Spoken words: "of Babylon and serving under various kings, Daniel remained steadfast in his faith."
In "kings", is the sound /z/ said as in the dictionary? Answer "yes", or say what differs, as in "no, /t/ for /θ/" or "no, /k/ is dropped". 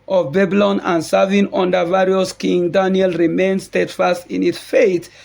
no, /z/ is dropped